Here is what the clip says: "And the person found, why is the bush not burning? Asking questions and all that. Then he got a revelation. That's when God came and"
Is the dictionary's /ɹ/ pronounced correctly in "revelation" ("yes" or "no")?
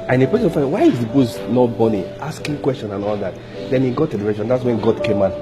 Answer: no